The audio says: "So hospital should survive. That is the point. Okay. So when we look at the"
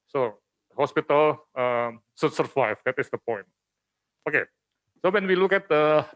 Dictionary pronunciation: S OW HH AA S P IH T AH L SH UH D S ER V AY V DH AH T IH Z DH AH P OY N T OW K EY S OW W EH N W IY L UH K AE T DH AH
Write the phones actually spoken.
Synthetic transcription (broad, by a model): S OW HH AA S P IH T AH L S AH S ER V AY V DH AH T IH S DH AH P OY N T OW K EY S OW W EH N W IY L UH K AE T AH